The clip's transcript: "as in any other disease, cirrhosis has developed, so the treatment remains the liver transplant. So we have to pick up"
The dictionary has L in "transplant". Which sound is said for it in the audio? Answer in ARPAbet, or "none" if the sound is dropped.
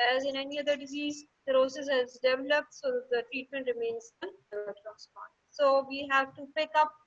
none